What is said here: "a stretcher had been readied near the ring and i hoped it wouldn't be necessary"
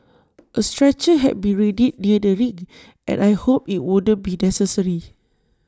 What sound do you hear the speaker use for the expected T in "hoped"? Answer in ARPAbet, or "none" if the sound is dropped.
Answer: none